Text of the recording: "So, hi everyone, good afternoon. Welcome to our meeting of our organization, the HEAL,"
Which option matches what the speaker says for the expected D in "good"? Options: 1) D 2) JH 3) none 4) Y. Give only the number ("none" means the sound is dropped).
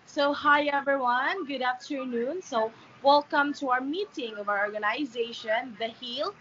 1